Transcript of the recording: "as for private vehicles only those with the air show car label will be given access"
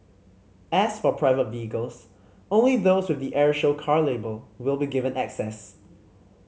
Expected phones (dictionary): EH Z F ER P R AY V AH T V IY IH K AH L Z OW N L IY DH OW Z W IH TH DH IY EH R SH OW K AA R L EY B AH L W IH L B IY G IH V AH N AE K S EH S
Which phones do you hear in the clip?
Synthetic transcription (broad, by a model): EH S F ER P R AY V AH T V IY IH K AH L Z OW N L IY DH OW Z W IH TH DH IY EH R SH OW K AA R L EY B AH L W IH L B IY G IH V AH N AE K S EH S